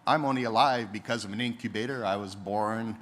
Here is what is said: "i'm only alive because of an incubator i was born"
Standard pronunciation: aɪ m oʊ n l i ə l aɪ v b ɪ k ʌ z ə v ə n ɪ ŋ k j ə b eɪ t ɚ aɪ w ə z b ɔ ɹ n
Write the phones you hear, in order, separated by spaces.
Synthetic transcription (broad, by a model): aɪ m oʊ n l i ə l aɪ v b ɪ k ʌ z ə v ə n ɪ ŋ k j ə b eɪ t ɚ aɪ w ə z b ɔ ɹ n